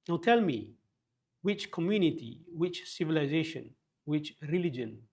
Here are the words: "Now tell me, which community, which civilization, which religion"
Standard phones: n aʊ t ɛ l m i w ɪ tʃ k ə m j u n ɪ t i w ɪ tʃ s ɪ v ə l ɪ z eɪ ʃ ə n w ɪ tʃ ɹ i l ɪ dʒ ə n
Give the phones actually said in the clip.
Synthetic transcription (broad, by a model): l t ɛ l m i w ɪ tʃ k ə m j u n ɪ t i w ɪ tʃ s ɪ v ə l ɪ z eɪ ʃ ə n w ɪ tʃ ɹ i l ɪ dʒ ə n